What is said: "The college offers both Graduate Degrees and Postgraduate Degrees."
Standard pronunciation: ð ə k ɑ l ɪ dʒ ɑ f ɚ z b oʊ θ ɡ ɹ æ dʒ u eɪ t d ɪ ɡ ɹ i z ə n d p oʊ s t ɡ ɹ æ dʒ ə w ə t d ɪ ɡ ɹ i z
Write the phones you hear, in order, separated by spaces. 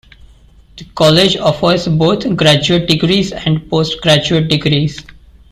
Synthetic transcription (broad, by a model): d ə k ɑ l ɪ dʒ ɑ f ɚ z b oʊ t ɡ ɹ æ dʒ u eɪ t d ɪ ɡ ɹ i z ə n d p oʊ s t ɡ ɹ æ dʒ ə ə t d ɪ ɡ ɹ i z